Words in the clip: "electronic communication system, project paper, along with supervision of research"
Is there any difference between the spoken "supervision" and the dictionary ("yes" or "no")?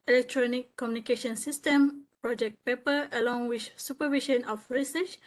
yes